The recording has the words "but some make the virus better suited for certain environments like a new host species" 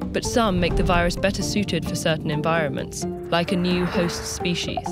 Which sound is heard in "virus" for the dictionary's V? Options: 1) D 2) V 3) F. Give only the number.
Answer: 2